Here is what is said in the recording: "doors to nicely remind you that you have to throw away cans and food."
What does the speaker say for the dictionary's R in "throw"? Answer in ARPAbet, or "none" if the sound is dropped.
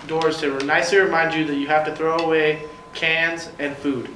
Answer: R